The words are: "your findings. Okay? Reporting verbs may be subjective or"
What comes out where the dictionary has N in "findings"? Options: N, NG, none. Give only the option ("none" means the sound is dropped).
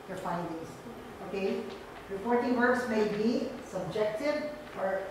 none